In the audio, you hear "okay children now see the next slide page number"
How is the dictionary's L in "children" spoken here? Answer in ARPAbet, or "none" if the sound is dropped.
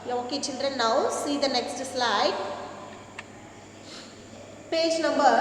N